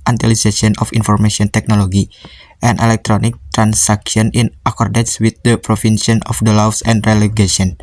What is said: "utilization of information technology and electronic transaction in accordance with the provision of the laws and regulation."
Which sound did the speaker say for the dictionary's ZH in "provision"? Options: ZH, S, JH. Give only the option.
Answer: S